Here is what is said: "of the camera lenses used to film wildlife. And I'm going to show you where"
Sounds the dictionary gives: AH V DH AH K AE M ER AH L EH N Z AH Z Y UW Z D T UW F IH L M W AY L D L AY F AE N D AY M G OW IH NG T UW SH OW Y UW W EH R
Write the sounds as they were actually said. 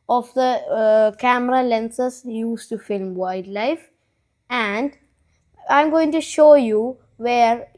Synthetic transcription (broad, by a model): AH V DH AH K AE M ER AH L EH N S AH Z Y UW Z T UW F IH L M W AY D L AY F AE N D AY M G OW IH NG T UW SH OW Y UW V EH R